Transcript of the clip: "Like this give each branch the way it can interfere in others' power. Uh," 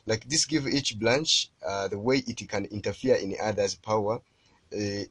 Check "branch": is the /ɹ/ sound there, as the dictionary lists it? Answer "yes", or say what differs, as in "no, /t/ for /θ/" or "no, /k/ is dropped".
no, /l/ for /ɹ/